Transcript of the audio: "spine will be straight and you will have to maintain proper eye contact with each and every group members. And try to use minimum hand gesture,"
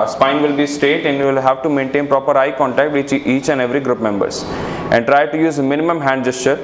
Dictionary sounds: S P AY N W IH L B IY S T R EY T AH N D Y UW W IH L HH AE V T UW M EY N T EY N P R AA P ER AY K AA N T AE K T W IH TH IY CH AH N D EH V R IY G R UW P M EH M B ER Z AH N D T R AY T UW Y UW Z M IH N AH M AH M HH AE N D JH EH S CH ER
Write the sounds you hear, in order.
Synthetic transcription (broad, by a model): S P AY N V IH L B IY S T EY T AH N D Y UW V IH L HH AE V T UW M EY N T EY N P R AA P ER AY K AA N T AE K T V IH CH IY CH AH N D EH V R IY G R UW P M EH M B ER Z AH N D T R AY T UW Y UW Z M IH N AH M AH M HH AE N D JH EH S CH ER